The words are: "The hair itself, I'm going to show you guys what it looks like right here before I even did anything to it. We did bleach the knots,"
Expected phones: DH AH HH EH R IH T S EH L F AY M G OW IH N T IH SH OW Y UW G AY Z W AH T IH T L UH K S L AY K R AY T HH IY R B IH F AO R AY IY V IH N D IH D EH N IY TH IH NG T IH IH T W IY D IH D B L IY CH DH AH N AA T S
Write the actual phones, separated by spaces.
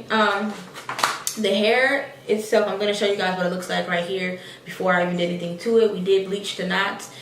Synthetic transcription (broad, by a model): DH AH HH EH R IH T S EH L F AY M G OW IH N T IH SH OW Y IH G AY Z W AH T IH T L UH K S L AY K R AY T HH IY R B IH F AO R AY IY V IH N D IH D EH N IY TH IH NG T IH IH T W IY D IH D B L IY CH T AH N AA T